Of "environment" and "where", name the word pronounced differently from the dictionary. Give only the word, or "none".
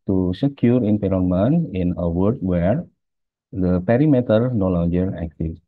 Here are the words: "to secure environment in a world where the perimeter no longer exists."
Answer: environment